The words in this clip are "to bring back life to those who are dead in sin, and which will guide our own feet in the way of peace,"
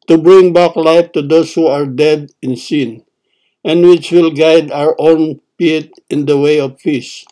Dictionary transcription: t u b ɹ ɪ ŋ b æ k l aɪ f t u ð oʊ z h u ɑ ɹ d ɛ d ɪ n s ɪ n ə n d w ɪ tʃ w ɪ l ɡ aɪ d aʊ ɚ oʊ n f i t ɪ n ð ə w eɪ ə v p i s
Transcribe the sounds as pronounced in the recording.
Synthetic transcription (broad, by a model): t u b ɹ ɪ ŋ b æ k l aɪ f t u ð oʊ s h u ɑ ɹ d ɛ d ɪ n s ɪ n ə n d w ɪ tʃ w ɪ l ɡ aɪ d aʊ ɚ oʊ n p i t ɪ n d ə w eɪ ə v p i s